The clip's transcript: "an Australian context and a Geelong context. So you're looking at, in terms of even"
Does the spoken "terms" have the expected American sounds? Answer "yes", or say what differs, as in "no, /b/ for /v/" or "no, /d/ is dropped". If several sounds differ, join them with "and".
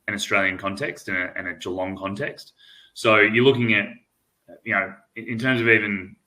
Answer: yes